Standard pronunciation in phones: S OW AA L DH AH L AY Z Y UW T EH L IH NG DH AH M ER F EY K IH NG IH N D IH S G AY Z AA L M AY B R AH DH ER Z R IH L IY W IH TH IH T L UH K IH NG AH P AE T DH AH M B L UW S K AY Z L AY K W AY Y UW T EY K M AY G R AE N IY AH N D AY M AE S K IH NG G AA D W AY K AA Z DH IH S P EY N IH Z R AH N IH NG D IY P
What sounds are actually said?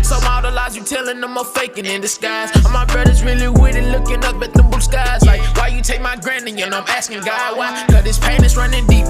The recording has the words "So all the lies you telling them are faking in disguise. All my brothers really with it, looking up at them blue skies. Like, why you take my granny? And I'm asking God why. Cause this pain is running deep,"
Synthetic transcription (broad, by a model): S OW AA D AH L AY Z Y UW T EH L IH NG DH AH M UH F EY K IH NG IH N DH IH S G AY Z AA N M AY B R AH DH ER Z R IH L IY W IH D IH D L UH K IH NG AH P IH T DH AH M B UW S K AY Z L AY K W AY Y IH T EY K M AY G R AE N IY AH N AY M AE S K IH NG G AA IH W AY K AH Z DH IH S P EY N IH Z R AH N IH NG D IY P